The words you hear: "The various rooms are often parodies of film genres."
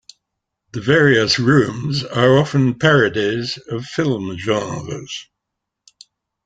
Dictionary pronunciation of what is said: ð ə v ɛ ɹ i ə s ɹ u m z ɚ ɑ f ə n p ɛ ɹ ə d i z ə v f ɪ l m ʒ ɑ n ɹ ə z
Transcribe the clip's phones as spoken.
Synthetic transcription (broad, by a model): ð ə v ɛ ɹ i ə s ɹ u m z ɚ ɑ f ə n p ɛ ɹ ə d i z ə v f ɪ l m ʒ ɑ ɹ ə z